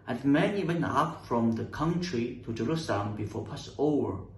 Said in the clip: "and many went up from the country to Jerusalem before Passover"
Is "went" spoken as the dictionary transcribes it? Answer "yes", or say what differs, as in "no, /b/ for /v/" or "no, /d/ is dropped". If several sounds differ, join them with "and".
no, /t/ is dropped